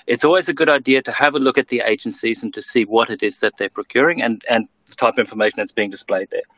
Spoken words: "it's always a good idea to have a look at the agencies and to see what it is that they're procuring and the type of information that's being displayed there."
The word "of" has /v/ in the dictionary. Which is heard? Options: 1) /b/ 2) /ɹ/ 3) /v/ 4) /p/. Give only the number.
3